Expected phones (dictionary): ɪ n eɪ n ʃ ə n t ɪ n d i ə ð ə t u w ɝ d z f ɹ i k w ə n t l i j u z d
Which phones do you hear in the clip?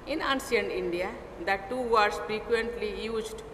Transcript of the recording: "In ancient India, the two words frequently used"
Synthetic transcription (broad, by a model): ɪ n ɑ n s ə n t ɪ n d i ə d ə t u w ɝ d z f ɹ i k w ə n t l i j u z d